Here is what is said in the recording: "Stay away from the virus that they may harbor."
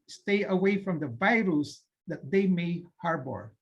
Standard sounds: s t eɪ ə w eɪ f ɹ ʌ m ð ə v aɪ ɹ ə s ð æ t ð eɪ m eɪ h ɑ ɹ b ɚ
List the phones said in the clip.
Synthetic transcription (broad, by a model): s t eɪ ə w eɪ f ɹ ʌ m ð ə v aɪ ɹ ə s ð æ t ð eɪ m eɪ h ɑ ɹ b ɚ